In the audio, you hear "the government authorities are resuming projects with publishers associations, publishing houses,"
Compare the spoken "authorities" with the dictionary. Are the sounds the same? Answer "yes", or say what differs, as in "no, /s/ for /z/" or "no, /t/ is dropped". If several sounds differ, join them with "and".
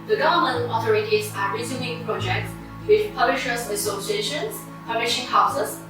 no, /s/ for /z/